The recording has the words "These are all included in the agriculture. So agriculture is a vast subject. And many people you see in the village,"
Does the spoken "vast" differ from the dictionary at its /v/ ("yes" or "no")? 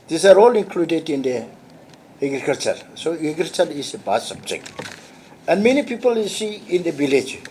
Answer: yes